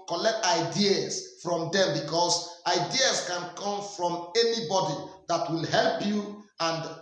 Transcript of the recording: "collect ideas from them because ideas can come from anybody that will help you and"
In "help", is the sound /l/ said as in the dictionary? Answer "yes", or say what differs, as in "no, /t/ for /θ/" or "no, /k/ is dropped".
yes